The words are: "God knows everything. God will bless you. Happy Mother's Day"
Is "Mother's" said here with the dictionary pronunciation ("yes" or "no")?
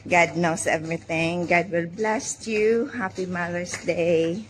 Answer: no